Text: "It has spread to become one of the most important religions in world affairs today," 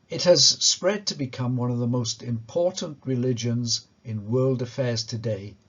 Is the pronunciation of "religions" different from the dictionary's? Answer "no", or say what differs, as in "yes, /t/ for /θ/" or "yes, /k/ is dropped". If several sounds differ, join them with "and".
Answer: no